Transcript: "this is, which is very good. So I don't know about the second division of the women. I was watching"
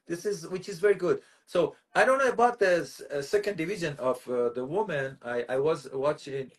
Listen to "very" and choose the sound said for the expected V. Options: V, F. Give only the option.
V